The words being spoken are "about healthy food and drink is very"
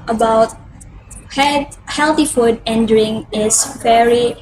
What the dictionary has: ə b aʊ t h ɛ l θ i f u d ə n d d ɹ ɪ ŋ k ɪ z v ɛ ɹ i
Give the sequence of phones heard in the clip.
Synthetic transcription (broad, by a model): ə b aʊ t h ɛ l θ i f u d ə n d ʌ ɹ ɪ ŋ ɪ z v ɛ ɹ i